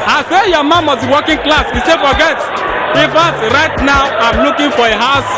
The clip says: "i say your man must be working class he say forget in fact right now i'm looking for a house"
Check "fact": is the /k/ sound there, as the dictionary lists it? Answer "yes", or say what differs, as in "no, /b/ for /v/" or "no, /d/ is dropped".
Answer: no, /k/ is dropped